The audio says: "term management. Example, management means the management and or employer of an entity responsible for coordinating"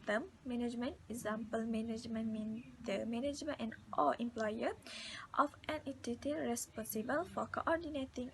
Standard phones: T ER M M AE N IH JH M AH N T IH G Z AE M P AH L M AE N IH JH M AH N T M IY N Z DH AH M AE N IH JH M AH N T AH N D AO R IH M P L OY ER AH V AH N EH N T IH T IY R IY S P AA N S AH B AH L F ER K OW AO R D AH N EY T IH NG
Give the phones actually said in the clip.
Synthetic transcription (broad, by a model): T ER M M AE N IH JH M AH N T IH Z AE M P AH L M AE N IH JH M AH N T M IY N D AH M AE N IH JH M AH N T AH N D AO L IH M P L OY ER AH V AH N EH N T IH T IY R IY S P AA N S AH B AH L F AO K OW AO R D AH N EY T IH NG